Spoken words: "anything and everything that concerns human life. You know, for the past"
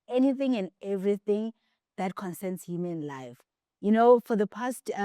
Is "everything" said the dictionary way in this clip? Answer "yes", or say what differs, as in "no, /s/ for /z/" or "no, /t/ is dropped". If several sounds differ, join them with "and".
yes